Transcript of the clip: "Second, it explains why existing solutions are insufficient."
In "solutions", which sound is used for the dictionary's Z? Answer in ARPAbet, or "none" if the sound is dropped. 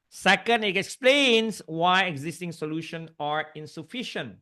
none